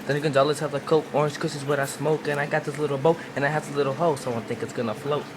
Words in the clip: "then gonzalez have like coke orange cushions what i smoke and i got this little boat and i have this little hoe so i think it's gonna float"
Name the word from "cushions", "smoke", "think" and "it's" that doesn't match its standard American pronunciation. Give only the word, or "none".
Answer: cushions